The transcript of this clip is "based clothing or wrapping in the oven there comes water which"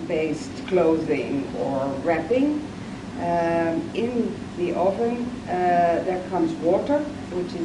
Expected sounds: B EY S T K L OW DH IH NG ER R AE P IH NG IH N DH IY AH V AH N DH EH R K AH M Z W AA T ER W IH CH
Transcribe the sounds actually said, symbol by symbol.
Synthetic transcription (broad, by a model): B EY S T K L OW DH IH NG ER R AE P IH NG IH N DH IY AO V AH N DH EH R K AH M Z W AA T ER W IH CH